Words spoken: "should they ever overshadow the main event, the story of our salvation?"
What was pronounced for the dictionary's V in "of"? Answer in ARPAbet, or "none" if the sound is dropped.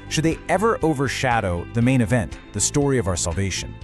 V